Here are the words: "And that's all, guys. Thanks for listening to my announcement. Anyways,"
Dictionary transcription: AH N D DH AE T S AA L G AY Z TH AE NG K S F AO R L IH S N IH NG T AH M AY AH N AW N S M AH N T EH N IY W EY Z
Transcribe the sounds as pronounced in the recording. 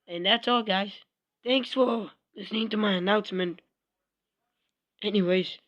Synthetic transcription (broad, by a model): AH N DH AE T S AA L G AY Z TH AE NG K S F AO L L IH S N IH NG T AH M AY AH N AW N S M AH N T EH N IY W EY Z